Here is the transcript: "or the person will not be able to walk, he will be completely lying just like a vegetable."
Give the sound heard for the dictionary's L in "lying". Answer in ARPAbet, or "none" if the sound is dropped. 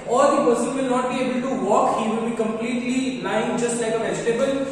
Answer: N